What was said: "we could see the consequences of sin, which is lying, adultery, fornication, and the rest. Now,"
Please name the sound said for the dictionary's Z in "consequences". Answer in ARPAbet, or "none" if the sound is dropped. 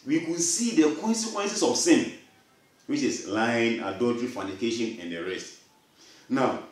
S